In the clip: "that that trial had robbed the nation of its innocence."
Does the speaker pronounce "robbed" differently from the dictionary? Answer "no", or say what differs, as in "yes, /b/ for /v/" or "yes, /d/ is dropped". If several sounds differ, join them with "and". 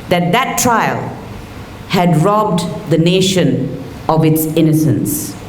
no